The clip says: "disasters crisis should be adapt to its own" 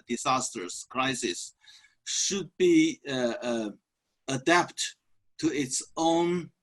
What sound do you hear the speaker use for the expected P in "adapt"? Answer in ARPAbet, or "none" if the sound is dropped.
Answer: P